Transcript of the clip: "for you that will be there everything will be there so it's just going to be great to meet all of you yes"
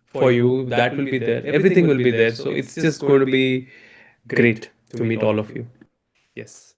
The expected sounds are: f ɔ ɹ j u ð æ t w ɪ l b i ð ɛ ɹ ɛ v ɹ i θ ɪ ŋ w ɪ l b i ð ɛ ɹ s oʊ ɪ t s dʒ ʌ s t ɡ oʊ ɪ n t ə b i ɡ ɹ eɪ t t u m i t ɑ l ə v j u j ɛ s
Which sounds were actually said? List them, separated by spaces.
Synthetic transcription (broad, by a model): f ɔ ɹ j u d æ t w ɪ l b i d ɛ ɹ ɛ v ɹ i t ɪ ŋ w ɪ l b i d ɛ ɹ s oʊ ɪ t s dʒ ʌ s t ɡ oʊ ɪ n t b i ɡ ɹ eɪ t t u m i t ɑ l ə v j u j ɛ s